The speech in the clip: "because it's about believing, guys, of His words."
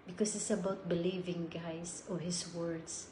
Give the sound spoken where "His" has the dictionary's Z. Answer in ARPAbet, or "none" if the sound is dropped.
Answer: S